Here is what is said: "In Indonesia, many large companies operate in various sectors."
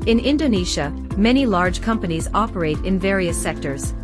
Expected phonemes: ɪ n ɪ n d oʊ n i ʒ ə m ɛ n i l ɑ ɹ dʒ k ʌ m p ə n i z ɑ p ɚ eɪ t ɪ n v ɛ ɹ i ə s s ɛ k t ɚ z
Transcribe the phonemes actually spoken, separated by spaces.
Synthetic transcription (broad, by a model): ɪ n ɪ n d oʊ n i ʃ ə m ɛ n i l ɑ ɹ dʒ k ʌ m p ə n i z ɑ p ɚ eɪ t ɪ n v ɛ ɹ i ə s s ɛ k t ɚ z